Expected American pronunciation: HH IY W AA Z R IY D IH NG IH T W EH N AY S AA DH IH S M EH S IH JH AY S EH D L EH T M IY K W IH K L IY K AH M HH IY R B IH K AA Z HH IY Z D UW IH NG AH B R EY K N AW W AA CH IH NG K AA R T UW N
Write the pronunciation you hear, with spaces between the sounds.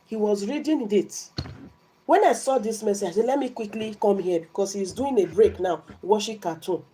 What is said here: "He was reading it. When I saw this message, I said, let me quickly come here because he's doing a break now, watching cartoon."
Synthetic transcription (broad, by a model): HH IY W AA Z R IY D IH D IH T W EH N AY S AA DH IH S M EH S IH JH AY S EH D L EH T M IY K W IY K L IY K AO M HH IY B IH K AA S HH IY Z D UW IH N AH B R EY K N AW W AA SH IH K AA T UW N